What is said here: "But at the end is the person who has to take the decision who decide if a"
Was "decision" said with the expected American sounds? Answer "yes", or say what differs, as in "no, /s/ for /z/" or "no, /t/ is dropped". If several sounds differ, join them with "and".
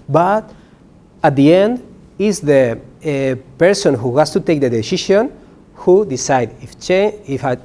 no, /ʃ/ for /ʒ/